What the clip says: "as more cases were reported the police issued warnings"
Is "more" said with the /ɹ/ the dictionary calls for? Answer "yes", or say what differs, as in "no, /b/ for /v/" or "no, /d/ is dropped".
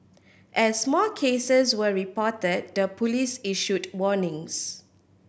no, /l/ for /ɹ/